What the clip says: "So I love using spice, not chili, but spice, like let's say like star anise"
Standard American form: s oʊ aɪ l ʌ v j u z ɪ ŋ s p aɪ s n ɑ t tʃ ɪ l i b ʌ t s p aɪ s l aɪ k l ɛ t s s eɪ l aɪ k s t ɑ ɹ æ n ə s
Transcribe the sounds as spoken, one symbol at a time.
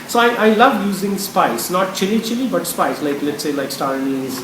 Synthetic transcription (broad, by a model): s oʊ aɪ l ʌ v j u z ɪ ŋ s p aɪ s n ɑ t tʃ ɪ l i b ʌ t s p aɪ s l aɪ k l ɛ t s s eɪ l aɪ k s t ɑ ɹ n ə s